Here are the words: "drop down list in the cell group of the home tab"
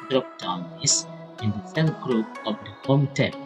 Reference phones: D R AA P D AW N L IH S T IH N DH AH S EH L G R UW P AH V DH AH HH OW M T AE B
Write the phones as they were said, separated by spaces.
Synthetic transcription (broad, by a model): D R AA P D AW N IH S IH N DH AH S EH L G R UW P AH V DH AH HH OW M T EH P